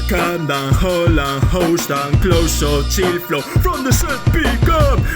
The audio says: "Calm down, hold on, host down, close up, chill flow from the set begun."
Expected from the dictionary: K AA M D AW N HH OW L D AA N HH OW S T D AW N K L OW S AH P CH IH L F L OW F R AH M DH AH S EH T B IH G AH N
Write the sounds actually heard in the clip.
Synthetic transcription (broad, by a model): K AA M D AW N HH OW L AA N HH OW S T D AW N K L OW S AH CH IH L F L OW F R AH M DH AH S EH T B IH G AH